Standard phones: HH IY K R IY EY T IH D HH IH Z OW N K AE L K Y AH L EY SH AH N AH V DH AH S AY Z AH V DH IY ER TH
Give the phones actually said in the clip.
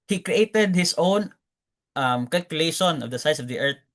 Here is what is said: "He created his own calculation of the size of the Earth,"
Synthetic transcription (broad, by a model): HH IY K R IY EY T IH D HH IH S OW N K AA L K Y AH L EY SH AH N AH V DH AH S AY S AH V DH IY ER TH